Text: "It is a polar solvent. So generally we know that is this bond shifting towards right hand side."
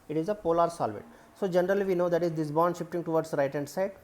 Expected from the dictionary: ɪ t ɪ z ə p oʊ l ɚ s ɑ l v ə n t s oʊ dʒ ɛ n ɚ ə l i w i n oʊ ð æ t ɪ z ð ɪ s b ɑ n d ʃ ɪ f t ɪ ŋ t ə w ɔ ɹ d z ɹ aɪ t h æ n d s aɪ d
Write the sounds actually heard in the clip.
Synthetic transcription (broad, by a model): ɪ t ɪ z ə p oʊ l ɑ s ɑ l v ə t s oʊ dʒ ɛ n ɚ ə l i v i n oʊ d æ t ɪ z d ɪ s b ɑ n d ʃ ɪ f t ɪ ŋ t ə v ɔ ɹ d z ɹ aɪ t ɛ n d s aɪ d